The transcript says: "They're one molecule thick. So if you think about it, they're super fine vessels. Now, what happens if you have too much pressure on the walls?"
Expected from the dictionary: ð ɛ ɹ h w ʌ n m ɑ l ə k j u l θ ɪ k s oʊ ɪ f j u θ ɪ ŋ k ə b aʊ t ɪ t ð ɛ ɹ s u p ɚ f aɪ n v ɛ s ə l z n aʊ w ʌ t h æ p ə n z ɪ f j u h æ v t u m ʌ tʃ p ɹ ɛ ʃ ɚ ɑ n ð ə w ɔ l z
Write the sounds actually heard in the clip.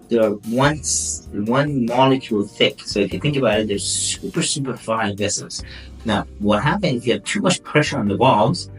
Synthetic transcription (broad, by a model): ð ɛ ɹ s w ʌ n m ɑ l ə k j u l θ ɪ k s oʊ ɪ f j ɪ θ ɪ ŋ k ə b aʊ t ɪ t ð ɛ ɹ s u p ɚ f aɪ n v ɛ s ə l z n aʊ w ʌ t h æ p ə n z ɪ f j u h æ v t u m ʌ tʃ p ɹ ɛ ʃ ɚ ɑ n ð ə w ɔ l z